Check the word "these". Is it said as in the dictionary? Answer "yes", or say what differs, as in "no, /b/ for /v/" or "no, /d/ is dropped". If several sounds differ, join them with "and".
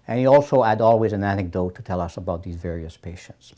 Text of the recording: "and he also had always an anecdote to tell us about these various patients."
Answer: yes